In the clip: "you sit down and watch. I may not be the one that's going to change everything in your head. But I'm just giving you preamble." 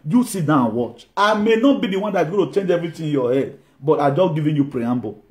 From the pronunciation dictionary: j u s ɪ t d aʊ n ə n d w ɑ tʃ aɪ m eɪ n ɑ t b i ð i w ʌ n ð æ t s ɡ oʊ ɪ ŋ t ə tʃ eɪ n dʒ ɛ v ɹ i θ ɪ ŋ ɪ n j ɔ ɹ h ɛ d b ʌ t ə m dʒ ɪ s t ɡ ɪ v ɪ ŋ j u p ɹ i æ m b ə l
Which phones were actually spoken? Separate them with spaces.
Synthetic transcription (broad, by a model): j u s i t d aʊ ə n w ɑ tʃ aɪ m eɪ n ɑ t b i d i w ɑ n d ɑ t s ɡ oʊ t ə tʃ eɪ n dʒ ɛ v ɹ i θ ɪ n j ɔ h ɛ d b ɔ t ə dʒ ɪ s ɡ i v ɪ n j u p ɹ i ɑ m b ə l